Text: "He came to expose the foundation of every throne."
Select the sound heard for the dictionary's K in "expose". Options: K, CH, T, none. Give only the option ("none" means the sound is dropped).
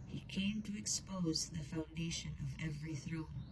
K